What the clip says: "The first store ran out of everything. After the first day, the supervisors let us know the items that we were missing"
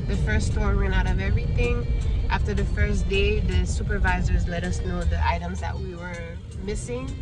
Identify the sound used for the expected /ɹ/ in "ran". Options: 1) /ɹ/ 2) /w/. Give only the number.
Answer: 2